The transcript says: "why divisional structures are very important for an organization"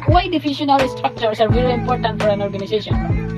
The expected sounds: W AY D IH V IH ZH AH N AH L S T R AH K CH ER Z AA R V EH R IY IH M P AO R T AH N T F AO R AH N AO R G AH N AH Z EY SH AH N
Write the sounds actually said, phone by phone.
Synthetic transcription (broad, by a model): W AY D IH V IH SH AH N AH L S T R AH K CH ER S AA R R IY L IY IH M P AO R T AH N T F AO R AH N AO R G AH N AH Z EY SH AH N